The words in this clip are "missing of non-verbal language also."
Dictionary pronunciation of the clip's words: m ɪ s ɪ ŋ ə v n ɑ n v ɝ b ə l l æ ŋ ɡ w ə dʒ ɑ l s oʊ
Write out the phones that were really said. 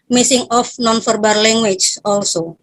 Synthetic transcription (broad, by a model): m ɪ s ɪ ŋ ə f n ɑ n f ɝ b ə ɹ l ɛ ŋ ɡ w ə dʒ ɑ l s oʊ